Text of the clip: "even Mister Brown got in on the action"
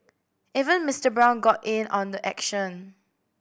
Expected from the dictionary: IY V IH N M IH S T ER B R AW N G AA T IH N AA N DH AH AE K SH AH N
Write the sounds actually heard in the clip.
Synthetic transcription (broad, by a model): IY V IH N M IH S T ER B R AW N G AA T IH N AA N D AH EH K SH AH N